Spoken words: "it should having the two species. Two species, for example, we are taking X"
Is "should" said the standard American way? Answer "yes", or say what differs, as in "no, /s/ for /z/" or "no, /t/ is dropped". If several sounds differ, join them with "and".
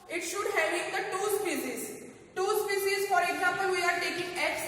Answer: yes